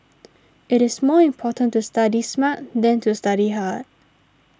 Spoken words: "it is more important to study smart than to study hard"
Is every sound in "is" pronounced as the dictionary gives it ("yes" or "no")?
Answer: no